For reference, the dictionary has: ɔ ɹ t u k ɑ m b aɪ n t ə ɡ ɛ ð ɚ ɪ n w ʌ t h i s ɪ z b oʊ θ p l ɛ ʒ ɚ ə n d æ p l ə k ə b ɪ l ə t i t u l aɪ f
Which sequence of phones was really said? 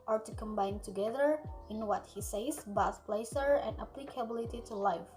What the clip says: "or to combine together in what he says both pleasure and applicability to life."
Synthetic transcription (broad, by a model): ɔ ɹ t u k ɑ m b aɪ n t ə ɡ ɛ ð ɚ ɪ n w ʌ t h i s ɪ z b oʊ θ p l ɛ s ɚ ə n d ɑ p l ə k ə b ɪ l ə t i t u l aɪ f